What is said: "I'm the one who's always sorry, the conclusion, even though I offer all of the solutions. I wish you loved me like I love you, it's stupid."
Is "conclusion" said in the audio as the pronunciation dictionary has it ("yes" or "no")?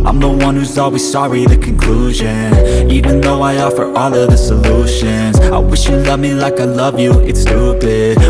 yes